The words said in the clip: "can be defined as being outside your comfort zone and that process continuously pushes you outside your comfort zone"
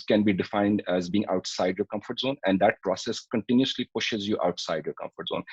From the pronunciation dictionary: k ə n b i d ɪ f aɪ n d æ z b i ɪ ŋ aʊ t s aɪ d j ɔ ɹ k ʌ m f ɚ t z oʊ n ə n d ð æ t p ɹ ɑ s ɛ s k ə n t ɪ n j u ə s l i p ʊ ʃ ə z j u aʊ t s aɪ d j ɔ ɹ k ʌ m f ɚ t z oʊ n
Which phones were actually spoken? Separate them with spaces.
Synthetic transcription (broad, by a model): k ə n b i d ɪ f aɪ n d æ z b i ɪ ŋ aʊ t s aɪ d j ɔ k ʌ m f ɚ t z oʊ n ə n d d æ t p ɹ ɑ s ɛ s k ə n t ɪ n j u s l i p ʊ ʃ ə z j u aʊ t s aɪ d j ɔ k ʌ m f ɚ t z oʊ n